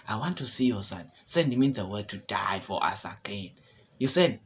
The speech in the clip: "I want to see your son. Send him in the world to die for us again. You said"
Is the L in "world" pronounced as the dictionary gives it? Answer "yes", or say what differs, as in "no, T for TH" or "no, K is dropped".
no, L is dropped